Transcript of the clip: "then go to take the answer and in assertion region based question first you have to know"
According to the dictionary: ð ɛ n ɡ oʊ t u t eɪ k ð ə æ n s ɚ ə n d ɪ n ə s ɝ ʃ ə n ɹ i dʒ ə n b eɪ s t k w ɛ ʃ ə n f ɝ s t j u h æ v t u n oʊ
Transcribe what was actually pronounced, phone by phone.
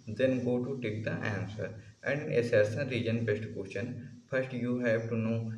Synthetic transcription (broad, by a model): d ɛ n ɡ oʊ t u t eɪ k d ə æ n s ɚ ə n d ɪ n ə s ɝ s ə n ɹ i dʒ ə n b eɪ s t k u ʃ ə n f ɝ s t j u h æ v t u n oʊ